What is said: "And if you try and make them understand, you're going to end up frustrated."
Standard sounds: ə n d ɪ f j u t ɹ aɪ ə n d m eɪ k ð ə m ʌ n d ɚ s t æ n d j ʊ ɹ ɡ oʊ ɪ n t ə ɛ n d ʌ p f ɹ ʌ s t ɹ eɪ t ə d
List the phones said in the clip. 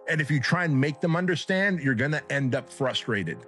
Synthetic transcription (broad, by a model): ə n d ɪ f j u t ɹ aɪ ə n m eɪ k ð ə m ʌ n d ɚ s t æ n d j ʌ ɹ ɡ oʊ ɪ n t ɛ n d ʌ p f ɹ ʌ s t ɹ eɪ t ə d